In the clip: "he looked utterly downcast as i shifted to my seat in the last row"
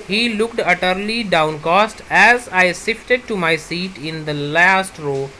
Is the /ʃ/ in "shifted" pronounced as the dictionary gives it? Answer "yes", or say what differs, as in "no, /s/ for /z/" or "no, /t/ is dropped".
no, /s/ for /ʃ/